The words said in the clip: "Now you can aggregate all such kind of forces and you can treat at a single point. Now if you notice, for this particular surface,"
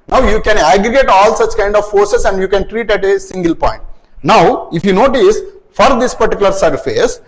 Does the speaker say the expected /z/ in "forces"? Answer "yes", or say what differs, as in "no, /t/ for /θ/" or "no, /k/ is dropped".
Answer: no, /s/ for /z/